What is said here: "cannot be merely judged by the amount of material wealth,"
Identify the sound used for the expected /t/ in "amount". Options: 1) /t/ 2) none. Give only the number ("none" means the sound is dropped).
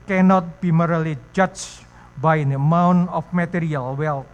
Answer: 2